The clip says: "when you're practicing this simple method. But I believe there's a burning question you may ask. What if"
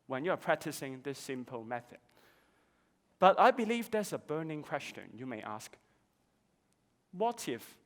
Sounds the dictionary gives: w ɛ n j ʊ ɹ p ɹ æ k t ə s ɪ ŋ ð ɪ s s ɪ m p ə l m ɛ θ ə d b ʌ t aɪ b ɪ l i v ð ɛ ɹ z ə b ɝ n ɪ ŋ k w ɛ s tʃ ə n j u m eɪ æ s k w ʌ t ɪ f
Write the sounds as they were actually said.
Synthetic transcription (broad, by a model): w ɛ n j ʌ ɹ p ɹ æ k t ə s ɪ ŋ ð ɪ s s ɪ m p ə l m ɛ θ ə d b ʌ t aɪ b ɪ l i v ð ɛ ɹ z ə b ɝ n ɪ ŋ k w ɛ s tʃ ə n j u m eɪ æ s k w ʌ t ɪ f